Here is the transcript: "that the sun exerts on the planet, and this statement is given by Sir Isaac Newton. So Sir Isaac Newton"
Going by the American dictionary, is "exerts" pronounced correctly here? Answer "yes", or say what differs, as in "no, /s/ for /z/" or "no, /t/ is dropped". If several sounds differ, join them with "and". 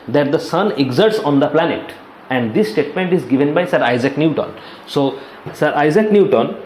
yes